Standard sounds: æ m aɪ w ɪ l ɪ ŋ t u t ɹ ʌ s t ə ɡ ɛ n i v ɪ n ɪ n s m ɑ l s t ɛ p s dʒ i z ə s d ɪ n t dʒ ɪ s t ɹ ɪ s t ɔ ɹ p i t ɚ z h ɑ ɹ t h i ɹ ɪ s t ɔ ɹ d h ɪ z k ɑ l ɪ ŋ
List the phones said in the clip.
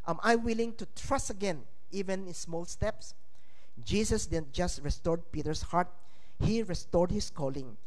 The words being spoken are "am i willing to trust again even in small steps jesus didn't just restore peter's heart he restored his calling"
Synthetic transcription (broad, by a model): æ m aɪ w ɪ l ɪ ŋ t u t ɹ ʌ s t ə ɡ ɛ n i v ɪ n ɪ n s m ɑ l s t ɛ p s dʒ i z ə s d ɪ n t dʒ ɪ s t ɹ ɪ s t ɔ ɹ p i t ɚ s h ɑ ɹ t h i ɹ ɪ s t ɔ ɹ d h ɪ s k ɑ l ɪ ŋ